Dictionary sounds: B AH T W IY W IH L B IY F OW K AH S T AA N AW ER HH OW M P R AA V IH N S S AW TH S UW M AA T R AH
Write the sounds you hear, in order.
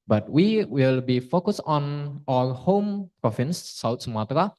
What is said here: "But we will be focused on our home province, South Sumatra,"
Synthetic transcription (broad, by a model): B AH T W IY W IH L B IY F OW K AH S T AA N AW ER HH OW M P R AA F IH N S S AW T S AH M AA T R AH